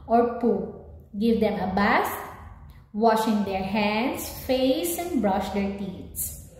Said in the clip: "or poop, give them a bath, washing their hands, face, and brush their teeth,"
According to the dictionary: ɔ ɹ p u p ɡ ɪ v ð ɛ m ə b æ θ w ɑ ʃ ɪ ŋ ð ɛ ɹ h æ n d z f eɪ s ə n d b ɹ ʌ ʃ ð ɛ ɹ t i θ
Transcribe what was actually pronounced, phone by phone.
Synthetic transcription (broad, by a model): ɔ ɹ p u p ɡ ɪ v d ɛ m ə b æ s w ɑ ʃ ɪ ŋ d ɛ ɹ h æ n d s f eɪ s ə n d b ɹ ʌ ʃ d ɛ ɹ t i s